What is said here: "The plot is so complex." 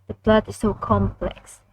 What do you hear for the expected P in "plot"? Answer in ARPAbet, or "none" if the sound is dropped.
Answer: B